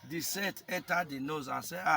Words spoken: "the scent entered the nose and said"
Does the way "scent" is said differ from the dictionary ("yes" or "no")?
yes